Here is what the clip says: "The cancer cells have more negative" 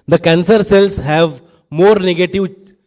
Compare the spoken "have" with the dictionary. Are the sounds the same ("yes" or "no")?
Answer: yes